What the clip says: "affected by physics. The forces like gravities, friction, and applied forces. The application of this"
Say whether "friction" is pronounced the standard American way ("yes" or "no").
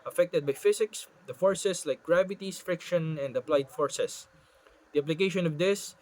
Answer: yes